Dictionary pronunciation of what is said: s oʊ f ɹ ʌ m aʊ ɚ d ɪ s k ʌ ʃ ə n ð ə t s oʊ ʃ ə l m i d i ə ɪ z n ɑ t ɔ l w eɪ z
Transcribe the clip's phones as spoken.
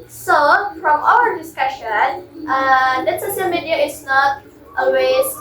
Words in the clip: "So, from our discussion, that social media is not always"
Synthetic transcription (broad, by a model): s oʊ f ɹ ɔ m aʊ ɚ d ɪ s k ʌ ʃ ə n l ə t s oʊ s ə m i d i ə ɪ s n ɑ t ɔ l w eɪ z